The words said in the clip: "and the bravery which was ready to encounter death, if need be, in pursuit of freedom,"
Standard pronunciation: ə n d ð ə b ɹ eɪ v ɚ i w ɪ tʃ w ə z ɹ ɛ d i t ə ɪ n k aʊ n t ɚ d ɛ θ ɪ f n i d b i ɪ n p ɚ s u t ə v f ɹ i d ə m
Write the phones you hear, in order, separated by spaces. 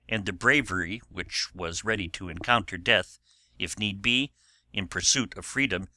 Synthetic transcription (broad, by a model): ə n ð ə b ɹ eɪ v ɚ i w ɪ tʃ w ə z ɹ ɛ d i t ə ɪ n k aʊ n t ɚ d ɛ θ ɪ f n i d b i ɪ n p ɚ s u t ə v f ɹ i d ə m